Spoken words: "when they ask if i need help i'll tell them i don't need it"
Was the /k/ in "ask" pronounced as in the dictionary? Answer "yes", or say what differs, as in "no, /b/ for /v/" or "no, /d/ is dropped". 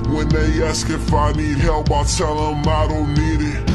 yes